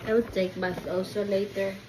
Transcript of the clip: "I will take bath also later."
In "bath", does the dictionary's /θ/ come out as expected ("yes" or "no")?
no